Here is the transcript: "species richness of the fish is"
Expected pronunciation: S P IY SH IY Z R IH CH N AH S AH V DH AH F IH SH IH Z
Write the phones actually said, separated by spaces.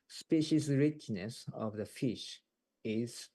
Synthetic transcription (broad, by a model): S P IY SH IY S R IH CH N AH S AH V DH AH F IH SH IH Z